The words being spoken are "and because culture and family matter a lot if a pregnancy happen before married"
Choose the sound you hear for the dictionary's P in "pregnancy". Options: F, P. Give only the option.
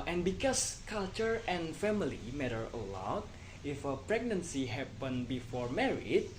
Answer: P